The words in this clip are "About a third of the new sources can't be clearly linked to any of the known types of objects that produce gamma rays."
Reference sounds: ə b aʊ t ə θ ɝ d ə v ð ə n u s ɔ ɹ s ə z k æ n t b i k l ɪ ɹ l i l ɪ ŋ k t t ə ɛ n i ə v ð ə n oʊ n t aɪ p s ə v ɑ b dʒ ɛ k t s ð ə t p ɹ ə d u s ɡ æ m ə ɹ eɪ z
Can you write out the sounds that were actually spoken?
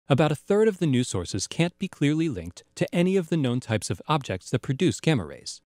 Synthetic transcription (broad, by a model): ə b aʊ t ə θ ɝ d ə v ð ə n u s ɔ ɹ s ə z k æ n b i k l ɪ ɹ l i l ɪ ŋ k t t ɛ n i ə v ð ə n oʊ n t aɪ p s ə v ɑ b dʒ ɛ k t s ð ə t p ɹ ə d u s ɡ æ m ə ɹ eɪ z